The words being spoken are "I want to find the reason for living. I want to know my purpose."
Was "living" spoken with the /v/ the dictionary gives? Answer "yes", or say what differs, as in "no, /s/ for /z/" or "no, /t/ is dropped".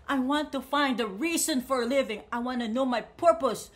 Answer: yes